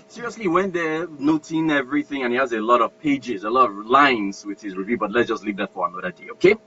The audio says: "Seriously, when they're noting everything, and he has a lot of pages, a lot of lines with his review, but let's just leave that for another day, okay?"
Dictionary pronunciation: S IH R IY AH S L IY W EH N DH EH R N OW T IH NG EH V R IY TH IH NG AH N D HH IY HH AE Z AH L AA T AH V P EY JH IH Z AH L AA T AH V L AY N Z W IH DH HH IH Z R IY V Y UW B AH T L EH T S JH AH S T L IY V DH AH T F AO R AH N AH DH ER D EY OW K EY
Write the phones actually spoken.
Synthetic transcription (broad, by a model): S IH R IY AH S L IY W EH N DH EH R N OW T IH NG EH V R IY TH IH NG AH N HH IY HH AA Z AH L AA T AH V P EY JH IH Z AH L AA T AH V L AY N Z W IH DH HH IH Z R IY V Y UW B AH T L EH T S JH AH S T L IY V DH AH T F AO R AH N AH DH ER D EY OW K EY